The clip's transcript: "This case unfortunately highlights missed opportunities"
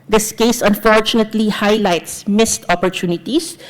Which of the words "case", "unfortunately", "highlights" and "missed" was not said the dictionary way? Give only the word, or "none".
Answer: none